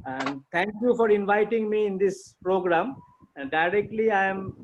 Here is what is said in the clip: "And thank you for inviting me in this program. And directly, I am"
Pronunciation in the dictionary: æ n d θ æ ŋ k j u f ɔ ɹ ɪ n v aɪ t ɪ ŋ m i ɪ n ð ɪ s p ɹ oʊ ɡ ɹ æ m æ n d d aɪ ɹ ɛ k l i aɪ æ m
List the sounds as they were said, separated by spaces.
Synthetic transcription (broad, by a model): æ n d t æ ŋ k j u f ɔ ɹ ɪ n v aɪ t ɪ ŋ m i ɪ n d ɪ s p ɹ oʊ ɡ ɹ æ m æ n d d aɪ ɹ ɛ k l i aɪ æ m